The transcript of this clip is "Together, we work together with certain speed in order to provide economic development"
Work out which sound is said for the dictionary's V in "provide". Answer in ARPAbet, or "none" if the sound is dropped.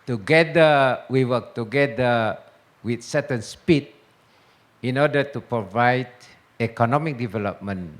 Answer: V